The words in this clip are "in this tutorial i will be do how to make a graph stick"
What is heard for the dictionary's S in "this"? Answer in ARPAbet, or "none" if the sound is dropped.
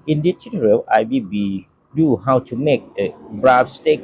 none